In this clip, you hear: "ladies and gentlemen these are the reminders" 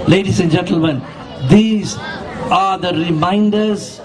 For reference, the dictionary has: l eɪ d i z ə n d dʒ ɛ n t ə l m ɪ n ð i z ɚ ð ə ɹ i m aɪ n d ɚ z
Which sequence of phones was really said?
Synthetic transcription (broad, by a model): l eɪ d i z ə n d dʒ ɛ n t ə l m ɪ n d i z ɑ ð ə ɹ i m aɪ n d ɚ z